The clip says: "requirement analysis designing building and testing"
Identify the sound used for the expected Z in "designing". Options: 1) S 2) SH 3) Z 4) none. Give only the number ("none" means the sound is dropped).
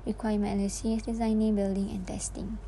3